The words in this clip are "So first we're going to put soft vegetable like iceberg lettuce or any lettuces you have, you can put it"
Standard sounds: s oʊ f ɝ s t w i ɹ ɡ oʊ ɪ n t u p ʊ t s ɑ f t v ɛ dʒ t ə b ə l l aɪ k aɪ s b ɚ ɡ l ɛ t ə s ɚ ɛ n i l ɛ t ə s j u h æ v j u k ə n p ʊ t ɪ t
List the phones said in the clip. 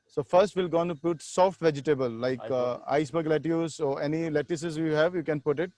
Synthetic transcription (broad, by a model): s oʊ f ɝ s t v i l ɡ oʊ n t u p ʊ t s ɑ f t v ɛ dʒ t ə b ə l l aɪ k aɪ s b ɚ ɡ l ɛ t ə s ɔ ɛ n i l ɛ t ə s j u h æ v j u k ə n p ʊ t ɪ t